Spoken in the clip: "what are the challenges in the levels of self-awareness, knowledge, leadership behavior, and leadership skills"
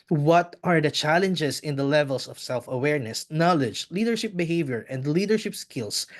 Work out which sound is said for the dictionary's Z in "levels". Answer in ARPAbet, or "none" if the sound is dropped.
S